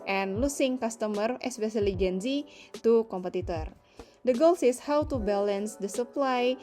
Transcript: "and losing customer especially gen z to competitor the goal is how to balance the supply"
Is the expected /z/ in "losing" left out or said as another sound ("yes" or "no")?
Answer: yes